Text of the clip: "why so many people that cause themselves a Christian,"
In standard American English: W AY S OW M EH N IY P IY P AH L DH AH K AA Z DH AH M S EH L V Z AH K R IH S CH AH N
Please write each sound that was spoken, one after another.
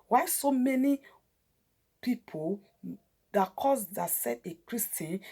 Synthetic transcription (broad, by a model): W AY S OW M EH N IY P IY P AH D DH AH K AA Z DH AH S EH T AH K R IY S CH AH N